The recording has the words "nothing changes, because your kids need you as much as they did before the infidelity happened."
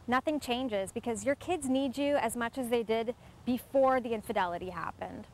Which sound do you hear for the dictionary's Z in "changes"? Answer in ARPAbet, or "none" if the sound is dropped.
Z